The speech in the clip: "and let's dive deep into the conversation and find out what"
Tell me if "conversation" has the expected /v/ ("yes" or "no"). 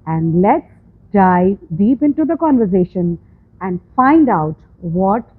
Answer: yes